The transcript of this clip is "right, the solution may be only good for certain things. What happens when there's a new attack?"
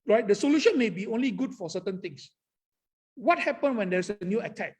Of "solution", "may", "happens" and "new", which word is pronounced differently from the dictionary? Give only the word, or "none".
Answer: happens